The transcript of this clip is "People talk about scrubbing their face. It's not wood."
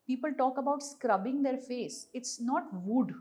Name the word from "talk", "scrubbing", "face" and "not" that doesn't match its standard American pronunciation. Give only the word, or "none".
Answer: none